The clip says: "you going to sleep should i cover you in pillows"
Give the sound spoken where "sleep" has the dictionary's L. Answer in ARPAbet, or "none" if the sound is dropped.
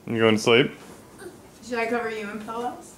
L